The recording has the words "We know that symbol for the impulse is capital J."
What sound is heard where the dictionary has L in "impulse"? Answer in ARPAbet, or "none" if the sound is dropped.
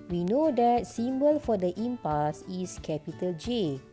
none